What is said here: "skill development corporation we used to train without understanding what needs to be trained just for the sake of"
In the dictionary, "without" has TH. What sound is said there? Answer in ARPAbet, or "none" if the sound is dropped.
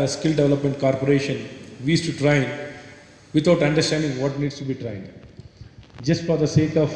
T